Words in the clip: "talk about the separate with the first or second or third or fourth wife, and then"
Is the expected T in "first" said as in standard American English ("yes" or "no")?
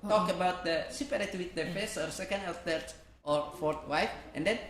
no